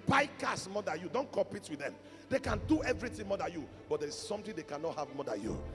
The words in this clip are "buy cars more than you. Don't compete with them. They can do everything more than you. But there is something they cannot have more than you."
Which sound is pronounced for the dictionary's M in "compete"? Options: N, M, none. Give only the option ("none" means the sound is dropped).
M